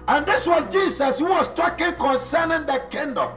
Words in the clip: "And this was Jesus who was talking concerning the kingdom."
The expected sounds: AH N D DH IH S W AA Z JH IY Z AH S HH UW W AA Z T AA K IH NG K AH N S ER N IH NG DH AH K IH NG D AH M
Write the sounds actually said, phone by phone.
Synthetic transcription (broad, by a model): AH N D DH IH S W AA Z JH IY S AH S HH UW W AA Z T AA K IH NG K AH N S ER N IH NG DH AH K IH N D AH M